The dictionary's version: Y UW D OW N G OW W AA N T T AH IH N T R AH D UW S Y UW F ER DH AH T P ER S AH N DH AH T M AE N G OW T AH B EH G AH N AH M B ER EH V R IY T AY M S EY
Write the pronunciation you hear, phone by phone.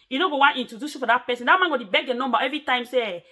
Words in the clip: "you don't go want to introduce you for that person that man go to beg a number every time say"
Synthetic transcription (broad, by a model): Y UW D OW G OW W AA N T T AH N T AH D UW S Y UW F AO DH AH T P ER S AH N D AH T M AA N G OW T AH B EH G AH N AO M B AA EH V R IY T AY M S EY